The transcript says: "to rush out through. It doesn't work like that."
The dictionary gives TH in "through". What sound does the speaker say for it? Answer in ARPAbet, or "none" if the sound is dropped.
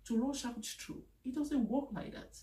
T